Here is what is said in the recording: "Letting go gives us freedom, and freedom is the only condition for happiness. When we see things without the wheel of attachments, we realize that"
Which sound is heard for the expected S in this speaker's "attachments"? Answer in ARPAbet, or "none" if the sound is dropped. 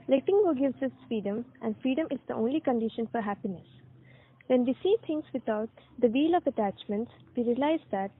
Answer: S